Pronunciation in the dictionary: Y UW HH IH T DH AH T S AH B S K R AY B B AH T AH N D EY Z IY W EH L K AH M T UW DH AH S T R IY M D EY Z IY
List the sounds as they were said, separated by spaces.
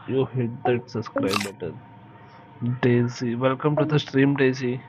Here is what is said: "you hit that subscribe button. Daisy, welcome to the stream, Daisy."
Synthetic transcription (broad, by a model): Y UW HH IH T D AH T S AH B S K R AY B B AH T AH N D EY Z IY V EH L K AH M T UW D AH S T R IY M D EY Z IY